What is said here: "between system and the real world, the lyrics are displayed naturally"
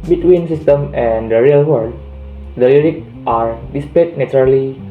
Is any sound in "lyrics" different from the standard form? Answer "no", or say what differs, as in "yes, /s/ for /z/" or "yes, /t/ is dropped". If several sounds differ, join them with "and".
yes, /s/ is dropped